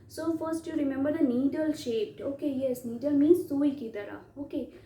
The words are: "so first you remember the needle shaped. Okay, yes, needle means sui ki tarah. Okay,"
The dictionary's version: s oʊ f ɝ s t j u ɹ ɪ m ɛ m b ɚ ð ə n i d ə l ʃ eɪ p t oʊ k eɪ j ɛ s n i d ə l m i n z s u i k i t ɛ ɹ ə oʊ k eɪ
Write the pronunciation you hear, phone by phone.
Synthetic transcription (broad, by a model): s oʊ f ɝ s t j u ɹ ɪ m ɛ m b ɚ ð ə n i d ə l ʃ eɪ p t oʊ k eɪ j ɛ s n i d ə l m i n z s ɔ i k i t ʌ ɹ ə oʊ k eɪ